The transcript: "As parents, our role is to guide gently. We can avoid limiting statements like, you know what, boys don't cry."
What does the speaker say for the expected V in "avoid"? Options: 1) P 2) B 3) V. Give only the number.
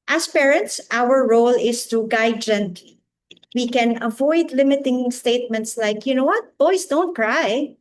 3